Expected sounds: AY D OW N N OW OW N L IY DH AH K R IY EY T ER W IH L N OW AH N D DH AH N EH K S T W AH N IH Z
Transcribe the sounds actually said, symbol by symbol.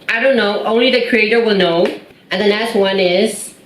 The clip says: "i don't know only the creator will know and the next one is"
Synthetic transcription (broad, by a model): AY D OW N N OW OW N L IY DH AH K R IY EY T ER W IH L N OW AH N DH AH N EH K S T W AH N IH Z